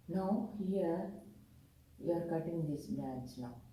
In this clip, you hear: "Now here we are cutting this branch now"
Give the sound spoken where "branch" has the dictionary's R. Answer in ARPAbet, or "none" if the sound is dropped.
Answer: none